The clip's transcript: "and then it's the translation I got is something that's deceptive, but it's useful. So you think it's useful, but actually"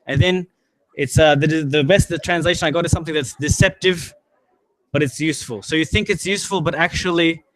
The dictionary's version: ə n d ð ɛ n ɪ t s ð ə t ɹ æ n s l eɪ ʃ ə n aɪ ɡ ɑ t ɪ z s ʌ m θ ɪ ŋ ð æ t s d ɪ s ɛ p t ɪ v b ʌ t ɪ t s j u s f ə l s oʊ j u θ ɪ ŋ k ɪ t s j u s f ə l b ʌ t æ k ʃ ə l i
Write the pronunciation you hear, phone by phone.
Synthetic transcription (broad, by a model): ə n ð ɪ n ɪ t s ð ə t ɹ æ n s l eɪ ʃ ə n aɪ ɡ ɑ t ɪ z s ʌ m θ ɪ ŋ ð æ t s d ɪ s ɛ p t ɪ v b ʌ t ɪ t s j u s f ə l s oʊ j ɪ θ ɪ ŋ k ɪ t s j u s f ə l b ʌ t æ k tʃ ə l i